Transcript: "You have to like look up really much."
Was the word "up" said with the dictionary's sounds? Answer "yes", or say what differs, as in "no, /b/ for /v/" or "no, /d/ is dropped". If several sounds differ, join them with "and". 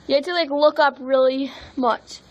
yes